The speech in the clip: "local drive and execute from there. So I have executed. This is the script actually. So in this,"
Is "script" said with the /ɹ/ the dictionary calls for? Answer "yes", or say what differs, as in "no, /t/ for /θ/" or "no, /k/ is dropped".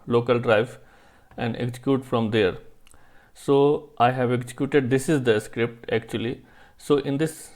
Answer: yes